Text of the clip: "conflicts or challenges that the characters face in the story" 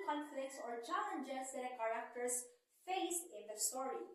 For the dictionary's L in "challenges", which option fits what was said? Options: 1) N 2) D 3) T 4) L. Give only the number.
1